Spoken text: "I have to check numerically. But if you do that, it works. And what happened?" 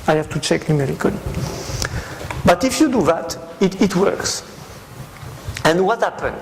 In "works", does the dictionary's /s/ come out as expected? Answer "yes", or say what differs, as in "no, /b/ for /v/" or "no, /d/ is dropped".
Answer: yes